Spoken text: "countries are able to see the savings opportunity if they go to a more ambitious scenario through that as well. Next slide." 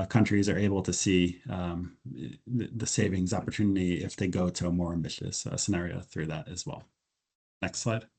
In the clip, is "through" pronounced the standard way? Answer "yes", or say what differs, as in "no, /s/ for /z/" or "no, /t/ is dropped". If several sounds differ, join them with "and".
yes